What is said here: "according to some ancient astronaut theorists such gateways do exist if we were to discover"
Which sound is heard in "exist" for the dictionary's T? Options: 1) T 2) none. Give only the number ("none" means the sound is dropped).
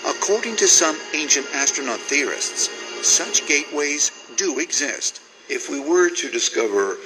1